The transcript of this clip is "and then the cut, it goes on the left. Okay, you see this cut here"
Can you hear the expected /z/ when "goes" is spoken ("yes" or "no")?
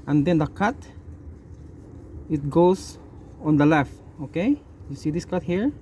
no